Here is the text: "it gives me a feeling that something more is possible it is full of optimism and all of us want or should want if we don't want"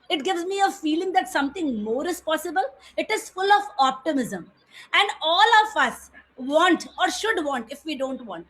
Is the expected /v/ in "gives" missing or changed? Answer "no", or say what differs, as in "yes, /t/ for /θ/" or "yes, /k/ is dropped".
no